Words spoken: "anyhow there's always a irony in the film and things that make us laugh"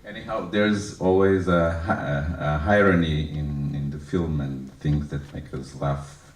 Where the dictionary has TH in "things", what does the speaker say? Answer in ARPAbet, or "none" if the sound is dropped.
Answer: TH